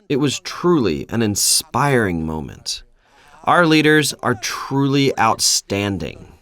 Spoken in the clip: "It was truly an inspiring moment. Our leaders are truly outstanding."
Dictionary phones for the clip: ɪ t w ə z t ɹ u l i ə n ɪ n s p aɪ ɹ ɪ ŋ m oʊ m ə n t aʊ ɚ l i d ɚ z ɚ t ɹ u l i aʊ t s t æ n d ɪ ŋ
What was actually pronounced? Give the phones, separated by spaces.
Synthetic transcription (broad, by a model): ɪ t w ə z t ɹ u l i ə n ɪ n s p aɪ ɹ ɪ ŋ m oʊ m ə n t aʊ ɚ l i d ɚ z ɚ t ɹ u l i aʊ t s t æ n d ɪ ŋ